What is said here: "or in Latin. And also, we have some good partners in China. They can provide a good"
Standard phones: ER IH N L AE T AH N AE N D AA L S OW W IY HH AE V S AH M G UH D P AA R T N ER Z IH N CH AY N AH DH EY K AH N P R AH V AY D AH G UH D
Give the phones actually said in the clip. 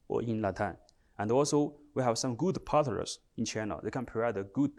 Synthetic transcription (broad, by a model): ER IH N L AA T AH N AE N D AA L S OW W IY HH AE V S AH M G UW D P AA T ER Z IH N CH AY N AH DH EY K AH N P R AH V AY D AH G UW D